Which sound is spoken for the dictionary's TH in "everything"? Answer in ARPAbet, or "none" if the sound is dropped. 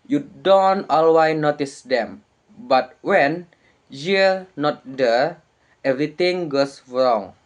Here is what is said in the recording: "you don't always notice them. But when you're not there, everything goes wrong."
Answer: T